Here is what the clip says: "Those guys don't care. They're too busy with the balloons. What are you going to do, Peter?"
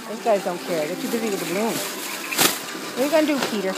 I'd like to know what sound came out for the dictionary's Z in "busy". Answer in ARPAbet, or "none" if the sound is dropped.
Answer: Z